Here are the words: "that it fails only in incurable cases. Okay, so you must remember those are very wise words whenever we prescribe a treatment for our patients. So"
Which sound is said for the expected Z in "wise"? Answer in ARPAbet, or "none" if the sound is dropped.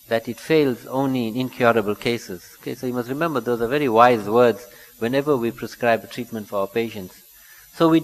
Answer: Z